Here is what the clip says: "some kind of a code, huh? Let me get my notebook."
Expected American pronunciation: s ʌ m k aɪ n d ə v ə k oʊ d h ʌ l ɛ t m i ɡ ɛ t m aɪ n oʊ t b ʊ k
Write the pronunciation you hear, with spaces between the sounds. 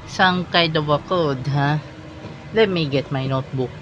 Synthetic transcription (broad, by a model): s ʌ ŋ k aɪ d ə w ə k oʊ d h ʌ l ɛ t m i ɡ ɛ t m aɪ n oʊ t b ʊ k